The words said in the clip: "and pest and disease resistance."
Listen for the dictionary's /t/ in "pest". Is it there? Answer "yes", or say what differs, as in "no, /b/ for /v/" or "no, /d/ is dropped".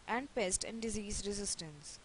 yes